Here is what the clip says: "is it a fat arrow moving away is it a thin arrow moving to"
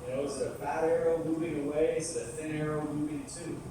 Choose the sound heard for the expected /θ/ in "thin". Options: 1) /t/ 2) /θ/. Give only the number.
2